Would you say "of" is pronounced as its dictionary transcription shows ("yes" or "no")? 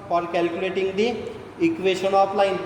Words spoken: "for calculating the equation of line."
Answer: no